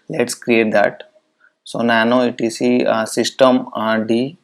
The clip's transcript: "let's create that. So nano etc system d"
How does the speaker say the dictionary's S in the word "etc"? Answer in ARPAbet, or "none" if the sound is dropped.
none